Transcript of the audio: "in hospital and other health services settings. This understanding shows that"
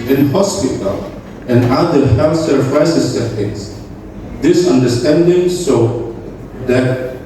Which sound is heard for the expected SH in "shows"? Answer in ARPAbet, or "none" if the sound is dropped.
S